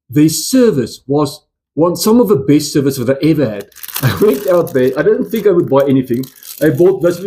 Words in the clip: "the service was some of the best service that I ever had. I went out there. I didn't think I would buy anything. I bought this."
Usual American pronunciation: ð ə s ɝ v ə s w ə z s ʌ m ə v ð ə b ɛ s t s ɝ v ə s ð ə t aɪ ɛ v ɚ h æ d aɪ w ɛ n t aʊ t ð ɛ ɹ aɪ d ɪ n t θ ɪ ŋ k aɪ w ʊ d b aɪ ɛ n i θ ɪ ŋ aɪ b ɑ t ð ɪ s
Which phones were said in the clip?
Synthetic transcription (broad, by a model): ð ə s ɝ v ə s w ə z s ʌ m ə v ð ə b ɛ s t s ɝ v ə s ð ə t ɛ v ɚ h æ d aɪ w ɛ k t aʊ t ð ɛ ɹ aɪ d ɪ n θ ɪ ŋ k aɪ w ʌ d b aɪ ɛ n i θ ɪ ŋ aɪ b ɑ t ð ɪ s